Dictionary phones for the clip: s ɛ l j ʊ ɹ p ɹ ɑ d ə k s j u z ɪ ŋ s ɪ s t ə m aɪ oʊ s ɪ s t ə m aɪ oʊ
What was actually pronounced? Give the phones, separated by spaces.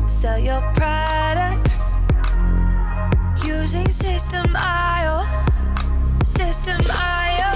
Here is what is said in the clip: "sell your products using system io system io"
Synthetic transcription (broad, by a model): s ɛ l j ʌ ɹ p ɹ ɑ d ə k s j u z ɪ ŋ s ɪ s t ə m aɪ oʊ s ɪ s t ə m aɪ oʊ